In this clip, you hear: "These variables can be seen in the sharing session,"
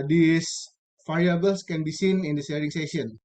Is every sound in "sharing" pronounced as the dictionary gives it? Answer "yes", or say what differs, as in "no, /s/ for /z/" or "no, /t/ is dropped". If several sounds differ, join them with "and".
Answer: no, /s/ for /ʃ/